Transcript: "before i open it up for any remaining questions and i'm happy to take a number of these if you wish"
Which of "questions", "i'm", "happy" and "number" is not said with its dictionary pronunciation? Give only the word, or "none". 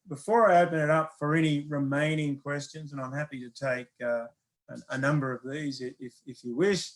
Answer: none